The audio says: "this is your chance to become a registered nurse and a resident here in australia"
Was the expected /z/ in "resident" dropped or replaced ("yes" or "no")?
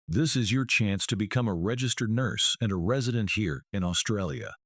no